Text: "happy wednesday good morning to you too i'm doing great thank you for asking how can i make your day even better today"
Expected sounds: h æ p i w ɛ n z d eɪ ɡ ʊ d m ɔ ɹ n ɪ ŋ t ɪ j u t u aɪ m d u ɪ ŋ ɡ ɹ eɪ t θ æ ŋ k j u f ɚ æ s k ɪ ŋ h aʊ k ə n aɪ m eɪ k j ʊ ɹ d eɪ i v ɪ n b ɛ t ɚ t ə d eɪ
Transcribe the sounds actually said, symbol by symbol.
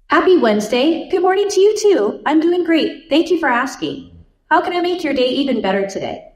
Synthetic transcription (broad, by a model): h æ p i w ɛ n z d eɪ ɡ ʊ d m ɔ ɹ n ɪ ŋ t ɪ j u t u aɪ m d u ɪ ŋ ɡ ɹ eɪ t θ æ ŋ k j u f ɚ æ s k ɪ ŋ h aʊ k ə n aɪ m eɪ k j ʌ ɹ d eɪ i v ɪ n b ɛ t ɚ t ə d eɪ